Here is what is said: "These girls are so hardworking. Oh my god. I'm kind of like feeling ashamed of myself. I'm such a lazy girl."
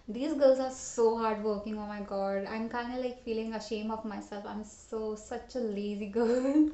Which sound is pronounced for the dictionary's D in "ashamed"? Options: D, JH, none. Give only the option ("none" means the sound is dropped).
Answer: none